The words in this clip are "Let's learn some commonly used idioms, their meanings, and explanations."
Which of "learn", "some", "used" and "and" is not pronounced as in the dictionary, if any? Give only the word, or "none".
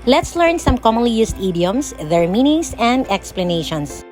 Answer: used